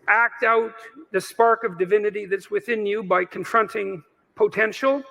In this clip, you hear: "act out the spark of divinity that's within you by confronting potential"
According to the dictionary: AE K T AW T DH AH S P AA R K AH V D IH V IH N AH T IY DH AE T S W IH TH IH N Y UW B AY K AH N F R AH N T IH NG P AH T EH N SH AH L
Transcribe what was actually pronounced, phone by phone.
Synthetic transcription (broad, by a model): AE K T AW T DH AH S P AA R K AH V D IH V IH N AH T IY DH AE T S W IH TH IH N Y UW B AY K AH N F R AH N T IH NG P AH T EH N SH L